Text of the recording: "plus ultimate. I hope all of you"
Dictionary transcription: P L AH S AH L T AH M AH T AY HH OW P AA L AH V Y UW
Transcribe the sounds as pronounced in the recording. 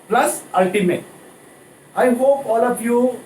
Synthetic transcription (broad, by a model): P L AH S AH L T AH M AH T AY HH OW P AA L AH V Y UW